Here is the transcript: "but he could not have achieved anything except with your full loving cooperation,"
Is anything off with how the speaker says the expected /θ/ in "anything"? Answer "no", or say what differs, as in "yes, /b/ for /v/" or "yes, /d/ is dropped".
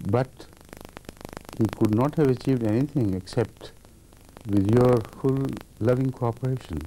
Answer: yes, /t/ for /θ/